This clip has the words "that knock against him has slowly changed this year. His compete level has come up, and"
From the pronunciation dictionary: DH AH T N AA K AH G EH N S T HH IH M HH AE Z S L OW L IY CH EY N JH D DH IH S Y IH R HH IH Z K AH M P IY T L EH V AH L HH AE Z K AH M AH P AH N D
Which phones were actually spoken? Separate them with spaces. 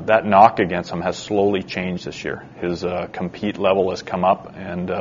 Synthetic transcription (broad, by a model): DH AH T N AA K AH G EH N S T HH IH M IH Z S L OW L IY CH EY N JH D DH IH S Y IH R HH IH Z K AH M P IY T L EH V L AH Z K AH M AH P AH N